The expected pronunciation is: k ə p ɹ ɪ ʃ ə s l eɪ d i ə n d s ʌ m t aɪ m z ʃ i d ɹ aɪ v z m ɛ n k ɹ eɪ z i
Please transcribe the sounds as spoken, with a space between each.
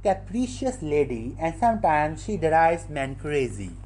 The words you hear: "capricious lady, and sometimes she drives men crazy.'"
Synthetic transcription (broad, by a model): k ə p ɹ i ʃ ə s l eɪ d i ə n d s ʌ m t aɪ m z ʃ i d ɹ aɪ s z m ɛ n k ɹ eɪ z i